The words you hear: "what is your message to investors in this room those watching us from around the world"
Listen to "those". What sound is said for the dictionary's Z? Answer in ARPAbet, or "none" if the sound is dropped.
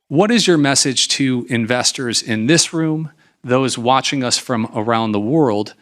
Z